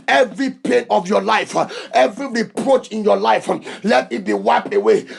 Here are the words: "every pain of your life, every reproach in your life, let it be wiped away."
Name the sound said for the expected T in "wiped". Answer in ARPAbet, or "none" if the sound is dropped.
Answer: none